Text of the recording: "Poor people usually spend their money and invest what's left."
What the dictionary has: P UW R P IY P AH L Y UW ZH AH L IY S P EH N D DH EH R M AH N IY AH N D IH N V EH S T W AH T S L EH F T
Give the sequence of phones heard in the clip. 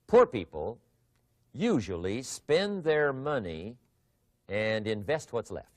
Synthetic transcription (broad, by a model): P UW R P IY P AH L Y UW ZH AH L IY S P EH N DH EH R M AH N IY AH N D IH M V EH S T W AH T S L EH F T